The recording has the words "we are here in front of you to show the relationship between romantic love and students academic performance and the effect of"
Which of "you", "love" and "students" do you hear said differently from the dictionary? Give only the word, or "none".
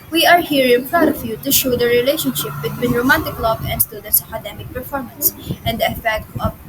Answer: love